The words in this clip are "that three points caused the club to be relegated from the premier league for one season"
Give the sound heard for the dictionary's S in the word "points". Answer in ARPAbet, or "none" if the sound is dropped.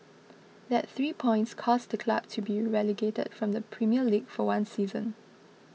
S